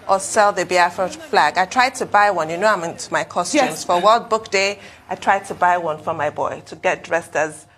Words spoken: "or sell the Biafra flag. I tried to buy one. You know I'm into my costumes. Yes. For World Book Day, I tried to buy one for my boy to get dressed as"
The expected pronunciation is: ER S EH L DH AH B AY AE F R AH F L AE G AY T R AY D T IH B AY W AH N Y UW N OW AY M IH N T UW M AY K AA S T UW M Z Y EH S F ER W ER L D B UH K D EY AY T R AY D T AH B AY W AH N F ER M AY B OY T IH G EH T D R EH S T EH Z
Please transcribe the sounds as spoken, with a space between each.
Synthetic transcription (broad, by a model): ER S EH L DH AH B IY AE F AH F L AE G AY T R AY D T IH B AY W AH N Y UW N OW AY M IH N T UW M AY K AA S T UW M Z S F ER W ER L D B UH K D EY AY T R AY D T AH B AY W AH N F ER M AY B OY T IH G EH T D R EH S T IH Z